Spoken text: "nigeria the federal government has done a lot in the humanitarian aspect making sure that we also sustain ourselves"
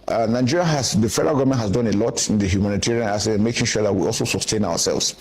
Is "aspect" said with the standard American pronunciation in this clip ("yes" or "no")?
no